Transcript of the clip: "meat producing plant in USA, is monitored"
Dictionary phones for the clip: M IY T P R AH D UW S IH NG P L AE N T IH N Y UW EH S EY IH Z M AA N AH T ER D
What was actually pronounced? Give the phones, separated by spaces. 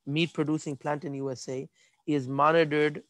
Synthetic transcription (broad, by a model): M IY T P R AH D UW S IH NG P L AE N T IH N Y UW EH S EY IH Z M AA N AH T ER D